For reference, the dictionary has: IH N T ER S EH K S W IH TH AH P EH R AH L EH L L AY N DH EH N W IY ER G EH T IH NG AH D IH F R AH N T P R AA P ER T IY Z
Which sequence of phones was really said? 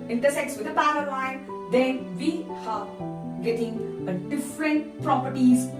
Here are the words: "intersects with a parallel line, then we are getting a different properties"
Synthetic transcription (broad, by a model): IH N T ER S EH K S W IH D AH B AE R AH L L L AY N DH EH N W IY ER G EH T IH NG AH D IH F R AH N T P R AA P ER T IY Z